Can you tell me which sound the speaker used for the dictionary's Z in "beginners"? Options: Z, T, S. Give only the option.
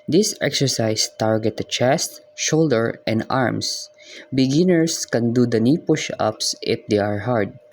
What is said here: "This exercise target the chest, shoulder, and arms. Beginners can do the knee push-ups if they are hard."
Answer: S